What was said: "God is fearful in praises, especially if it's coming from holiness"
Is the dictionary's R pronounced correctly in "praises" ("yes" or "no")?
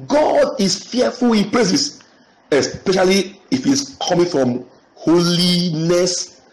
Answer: no